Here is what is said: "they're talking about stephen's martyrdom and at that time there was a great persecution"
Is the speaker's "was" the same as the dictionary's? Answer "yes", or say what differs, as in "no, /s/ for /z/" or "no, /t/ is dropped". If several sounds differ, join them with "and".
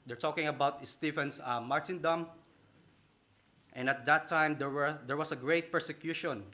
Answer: no, /s/ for /z/